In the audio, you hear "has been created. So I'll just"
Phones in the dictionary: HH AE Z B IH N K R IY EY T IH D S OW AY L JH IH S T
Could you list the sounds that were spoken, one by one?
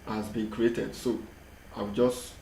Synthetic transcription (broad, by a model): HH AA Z B IH N K R IY EY T IH D S OW AY W JH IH S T